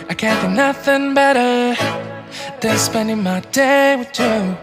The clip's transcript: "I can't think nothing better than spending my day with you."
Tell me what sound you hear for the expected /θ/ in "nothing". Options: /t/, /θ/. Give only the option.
/θ/